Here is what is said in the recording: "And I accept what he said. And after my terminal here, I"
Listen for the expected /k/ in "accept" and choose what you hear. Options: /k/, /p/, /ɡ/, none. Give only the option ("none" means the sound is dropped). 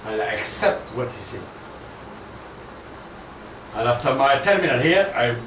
/k/